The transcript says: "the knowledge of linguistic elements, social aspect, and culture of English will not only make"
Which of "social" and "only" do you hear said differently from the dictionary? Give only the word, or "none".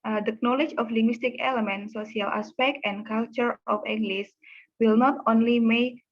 social